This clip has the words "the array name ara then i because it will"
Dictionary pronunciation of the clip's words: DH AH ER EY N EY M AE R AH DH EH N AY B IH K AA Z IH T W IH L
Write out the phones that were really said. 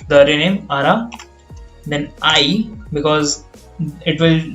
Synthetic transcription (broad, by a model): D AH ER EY N EY M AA R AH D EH N AY B IH K AA Z IH T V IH L